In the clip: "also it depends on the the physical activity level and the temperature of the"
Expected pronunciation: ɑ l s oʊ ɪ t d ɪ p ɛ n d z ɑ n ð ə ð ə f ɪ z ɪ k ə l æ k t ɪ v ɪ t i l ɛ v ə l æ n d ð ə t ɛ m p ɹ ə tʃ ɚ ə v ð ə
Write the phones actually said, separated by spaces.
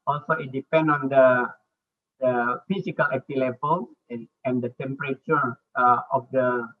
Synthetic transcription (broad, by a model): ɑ l s oʊ ɪ t d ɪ p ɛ n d ɑ n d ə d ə f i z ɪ k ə l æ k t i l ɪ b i l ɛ ə n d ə t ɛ m p ɹ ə tʃ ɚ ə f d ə